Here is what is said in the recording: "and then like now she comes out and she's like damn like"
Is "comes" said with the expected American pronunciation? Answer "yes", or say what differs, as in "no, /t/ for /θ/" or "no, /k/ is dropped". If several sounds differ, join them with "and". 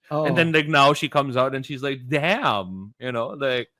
yes